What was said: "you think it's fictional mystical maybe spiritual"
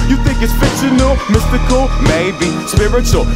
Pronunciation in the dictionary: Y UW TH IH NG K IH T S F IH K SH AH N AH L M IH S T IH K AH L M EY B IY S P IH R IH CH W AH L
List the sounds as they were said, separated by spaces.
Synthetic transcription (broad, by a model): Y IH TH IH NG K IH T S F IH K S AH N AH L M IH S T IH K AH L M EY B IY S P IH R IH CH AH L